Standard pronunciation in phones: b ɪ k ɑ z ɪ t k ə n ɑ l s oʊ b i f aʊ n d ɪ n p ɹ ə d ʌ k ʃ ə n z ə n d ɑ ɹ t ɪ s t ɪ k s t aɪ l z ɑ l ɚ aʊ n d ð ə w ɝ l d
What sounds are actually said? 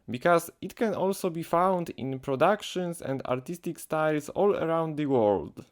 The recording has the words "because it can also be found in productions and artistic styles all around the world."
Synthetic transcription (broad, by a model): b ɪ k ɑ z ɪ t k ə n ɑ l s oʊ b i f aʊ n d ɪ n p ɹ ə d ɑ k ʃ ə n s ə n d ɑ ɹ t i s t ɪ k s t aɪ l s ɑ l ɚ aʊ n d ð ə w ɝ l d